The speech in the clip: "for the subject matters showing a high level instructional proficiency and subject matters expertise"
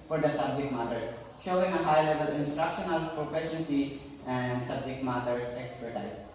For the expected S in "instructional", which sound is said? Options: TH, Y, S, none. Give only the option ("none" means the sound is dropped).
S